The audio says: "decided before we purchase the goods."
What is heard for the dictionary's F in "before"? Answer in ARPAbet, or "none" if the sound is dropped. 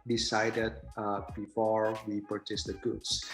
F